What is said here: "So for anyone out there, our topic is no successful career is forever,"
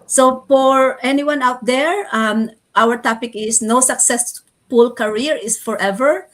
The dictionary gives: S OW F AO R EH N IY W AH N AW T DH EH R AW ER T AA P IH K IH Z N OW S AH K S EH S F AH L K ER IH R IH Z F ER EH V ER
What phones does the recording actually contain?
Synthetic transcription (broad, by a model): S OW F AO R EH N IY W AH N AW T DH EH R AW ER T AA P IH K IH S N OW S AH K S EH S P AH L K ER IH R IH S F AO EH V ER